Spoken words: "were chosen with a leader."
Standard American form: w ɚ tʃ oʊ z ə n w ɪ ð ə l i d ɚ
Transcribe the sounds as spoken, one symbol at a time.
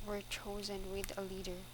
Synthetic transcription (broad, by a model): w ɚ tʃ oʊ z ə n w ɪ ð ə l i d ɚ